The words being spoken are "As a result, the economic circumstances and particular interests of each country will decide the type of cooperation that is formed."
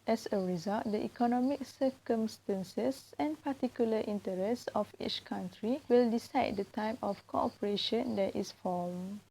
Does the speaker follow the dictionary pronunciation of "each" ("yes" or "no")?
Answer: yes